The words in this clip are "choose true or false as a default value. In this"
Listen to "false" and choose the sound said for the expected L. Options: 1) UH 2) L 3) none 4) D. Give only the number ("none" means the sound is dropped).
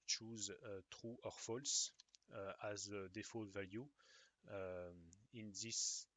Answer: 2